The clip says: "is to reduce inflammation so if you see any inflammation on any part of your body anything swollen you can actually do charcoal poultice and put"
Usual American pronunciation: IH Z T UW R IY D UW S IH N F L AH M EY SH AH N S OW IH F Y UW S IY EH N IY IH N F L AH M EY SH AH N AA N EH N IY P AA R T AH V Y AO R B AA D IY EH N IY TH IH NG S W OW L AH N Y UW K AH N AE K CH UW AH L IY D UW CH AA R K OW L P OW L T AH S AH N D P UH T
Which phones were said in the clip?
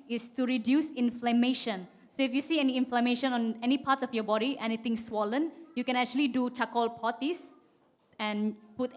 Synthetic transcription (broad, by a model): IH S T UW R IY D UW S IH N F L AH M EY SH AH N S OW IH F Y UW S IY EH N IY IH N F L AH M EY SH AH N AA N EH N IY P AA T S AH F Y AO B AA D IY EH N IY T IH NG S W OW L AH N Y UW K AH N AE K CH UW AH L IY D UW CH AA K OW L P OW T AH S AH N P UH T